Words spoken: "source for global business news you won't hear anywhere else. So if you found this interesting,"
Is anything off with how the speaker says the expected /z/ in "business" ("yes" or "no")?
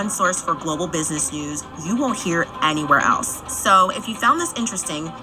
no